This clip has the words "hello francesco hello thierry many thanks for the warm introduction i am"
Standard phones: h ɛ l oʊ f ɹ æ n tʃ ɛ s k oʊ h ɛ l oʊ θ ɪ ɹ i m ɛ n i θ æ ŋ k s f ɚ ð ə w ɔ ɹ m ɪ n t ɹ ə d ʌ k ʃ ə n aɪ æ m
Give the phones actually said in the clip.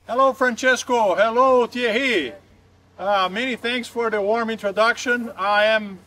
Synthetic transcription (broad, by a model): h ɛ l oʊ f ɹ æ n tʃ ɛ s k oʊ h ɛ l oʊ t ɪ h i m ɛ n i θ æ ŋ k s f ɚ ð ə w ɔ ɹ m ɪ n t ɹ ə d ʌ k ʃ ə n aɪ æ m